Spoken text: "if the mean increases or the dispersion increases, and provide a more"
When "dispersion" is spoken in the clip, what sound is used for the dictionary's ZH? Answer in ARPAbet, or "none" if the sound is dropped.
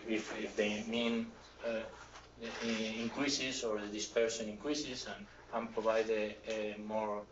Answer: S